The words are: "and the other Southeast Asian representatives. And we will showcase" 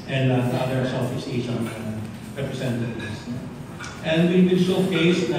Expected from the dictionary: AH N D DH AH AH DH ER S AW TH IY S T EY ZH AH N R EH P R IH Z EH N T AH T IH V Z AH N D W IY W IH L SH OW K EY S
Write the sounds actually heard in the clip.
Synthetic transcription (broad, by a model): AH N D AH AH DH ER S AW F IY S EY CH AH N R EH P R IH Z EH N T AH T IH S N AH N D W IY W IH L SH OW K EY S